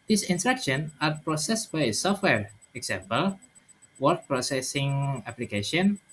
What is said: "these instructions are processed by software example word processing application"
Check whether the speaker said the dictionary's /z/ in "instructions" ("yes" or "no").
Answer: no